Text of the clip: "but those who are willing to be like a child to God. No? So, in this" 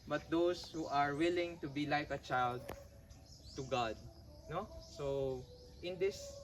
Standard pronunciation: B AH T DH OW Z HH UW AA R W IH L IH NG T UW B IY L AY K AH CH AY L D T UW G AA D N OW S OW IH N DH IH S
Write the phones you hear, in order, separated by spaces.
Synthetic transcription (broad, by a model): B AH T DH OW S HH UW AA R W IH L IH NG T UW B IY L AY K AH CH AY L D T UW G AA D N OW S OW IH N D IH S